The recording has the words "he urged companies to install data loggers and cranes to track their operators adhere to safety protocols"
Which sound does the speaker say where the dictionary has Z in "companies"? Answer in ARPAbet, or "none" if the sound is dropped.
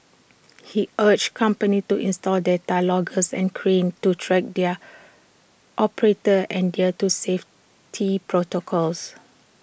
none